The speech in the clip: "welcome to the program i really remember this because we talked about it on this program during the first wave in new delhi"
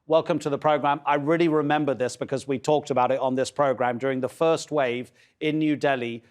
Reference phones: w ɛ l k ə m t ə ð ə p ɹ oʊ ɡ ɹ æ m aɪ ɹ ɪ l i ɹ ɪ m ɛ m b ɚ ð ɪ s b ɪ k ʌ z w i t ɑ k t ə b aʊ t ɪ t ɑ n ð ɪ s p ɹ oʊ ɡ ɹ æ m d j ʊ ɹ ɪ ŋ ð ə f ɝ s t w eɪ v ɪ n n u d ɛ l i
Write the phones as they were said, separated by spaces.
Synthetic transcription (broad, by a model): w ɛ l k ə m t ə ð ə p ɹ oʊ ɡ ɹ æ m aɪ ɹ ɪ l i ɹ ɪ m ɛ m b ɚ ð ɪ s b ɪ k ʌ z w i t ɑ k t ə b aʊ t ɪ t n ð ɪ s p ɹ oʊ ɡ ɹ æ m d j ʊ ɹ ɪ ŋ ð ə f ɝ s t w eɪ v ɪ n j u d ɛ l i